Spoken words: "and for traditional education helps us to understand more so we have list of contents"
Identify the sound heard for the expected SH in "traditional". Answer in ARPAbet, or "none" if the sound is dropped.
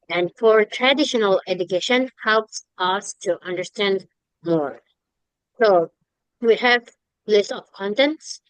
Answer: SH